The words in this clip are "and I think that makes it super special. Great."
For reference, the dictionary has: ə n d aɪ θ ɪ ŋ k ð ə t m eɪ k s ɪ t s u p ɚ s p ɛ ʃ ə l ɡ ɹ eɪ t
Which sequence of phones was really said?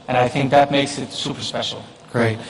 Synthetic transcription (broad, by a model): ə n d aɪ θ ɪ ŋ k ð ə t m eɪ k s ɪ t s u p ɚ s p ɛ ʃ l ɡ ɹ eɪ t